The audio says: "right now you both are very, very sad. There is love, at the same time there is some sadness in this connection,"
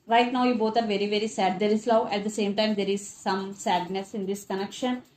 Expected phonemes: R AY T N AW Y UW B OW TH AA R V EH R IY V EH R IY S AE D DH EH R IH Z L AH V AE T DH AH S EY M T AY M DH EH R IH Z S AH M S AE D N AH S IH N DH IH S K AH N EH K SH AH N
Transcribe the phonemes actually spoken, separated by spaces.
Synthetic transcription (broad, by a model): R AY T N AW Y UW B OW T AA R V EH R IY V EH R IY S AE D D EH R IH S L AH AE T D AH S EY M T AY M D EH R IH Z S AH M S AE D N AH S IH N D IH S K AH N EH K SH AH N